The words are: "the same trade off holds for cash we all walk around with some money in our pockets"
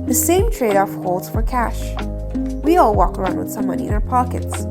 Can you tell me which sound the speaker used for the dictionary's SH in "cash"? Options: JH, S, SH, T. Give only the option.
SH